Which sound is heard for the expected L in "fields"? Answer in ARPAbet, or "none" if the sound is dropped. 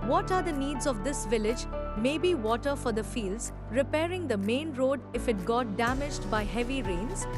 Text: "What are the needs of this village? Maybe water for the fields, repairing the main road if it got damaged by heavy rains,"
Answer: L